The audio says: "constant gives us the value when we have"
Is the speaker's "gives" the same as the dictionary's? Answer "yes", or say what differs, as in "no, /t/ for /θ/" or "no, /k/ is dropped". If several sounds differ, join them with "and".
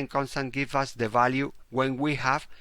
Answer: no, /z/ is dropped